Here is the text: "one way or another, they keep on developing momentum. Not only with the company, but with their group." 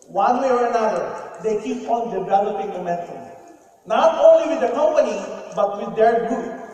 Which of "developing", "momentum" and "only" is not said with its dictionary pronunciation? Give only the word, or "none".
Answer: momentum